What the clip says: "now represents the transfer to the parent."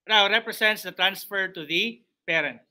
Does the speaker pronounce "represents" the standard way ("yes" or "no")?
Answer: no